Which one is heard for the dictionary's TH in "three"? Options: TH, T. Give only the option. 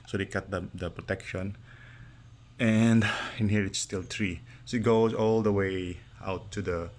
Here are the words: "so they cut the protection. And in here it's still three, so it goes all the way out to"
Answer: T